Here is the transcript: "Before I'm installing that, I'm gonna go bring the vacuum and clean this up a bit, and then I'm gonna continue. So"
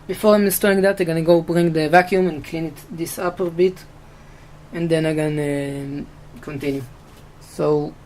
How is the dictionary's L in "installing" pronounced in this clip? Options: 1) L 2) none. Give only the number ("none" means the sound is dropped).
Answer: 2